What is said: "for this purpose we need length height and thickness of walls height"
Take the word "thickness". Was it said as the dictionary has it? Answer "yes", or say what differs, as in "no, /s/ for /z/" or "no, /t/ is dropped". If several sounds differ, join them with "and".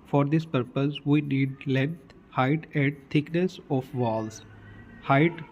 no, /t/ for /θ/